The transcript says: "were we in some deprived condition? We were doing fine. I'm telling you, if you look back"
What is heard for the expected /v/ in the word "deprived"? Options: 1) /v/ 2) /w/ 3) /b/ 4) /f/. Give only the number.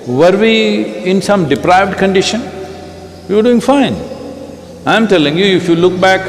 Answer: 1